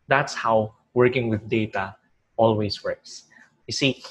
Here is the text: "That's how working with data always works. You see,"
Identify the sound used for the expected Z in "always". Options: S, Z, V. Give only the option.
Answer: S